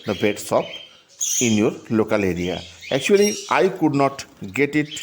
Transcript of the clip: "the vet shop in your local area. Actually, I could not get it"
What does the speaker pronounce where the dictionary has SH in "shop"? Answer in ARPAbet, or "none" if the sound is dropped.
S